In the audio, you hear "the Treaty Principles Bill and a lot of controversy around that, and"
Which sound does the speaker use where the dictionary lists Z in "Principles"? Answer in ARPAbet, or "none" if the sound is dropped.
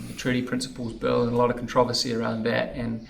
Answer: Z